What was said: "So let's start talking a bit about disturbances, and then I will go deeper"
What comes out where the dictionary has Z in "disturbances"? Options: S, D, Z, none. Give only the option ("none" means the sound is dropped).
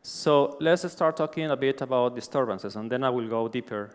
S